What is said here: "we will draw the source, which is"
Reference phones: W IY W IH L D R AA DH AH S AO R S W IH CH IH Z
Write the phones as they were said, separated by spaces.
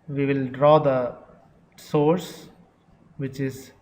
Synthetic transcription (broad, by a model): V IY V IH L D R AA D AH S AO R S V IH CH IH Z